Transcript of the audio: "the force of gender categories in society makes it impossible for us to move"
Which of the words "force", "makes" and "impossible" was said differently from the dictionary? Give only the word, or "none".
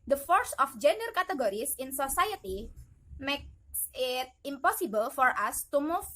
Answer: none